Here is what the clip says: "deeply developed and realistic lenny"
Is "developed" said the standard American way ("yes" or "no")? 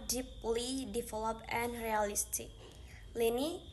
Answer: no